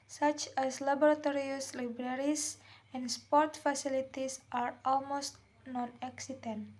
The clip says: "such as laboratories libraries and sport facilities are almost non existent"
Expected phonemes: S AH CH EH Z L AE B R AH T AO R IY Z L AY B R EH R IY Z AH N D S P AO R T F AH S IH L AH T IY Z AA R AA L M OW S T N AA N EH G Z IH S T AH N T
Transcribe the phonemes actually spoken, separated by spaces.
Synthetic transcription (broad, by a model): S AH CH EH S L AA B R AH T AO R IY S L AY B R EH R IY S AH N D S P AO R T F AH S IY L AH T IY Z AA R AA L M OW S T N AA N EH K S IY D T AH N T